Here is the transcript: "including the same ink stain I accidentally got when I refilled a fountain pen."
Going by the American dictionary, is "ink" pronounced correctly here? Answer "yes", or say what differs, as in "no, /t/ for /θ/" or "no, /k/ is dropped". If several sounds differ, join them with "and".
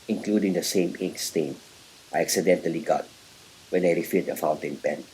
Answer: no, /ŋ/ is dropped